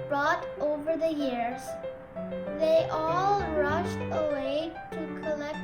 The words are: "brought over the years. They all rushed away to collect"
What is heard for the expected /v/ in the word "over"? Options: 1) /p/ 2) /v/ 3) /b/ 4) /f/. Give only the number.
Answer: 2